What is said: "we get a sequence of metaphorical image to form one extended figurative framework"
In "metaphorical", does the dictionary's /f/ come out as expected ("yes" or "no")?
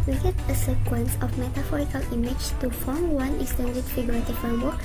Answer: yes